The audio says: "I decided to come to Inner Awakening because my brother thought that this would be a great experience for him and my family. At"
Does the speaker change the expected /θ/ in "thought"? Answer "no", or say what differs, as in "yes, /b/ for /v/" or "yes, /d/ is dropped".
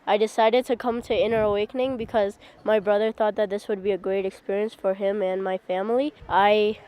no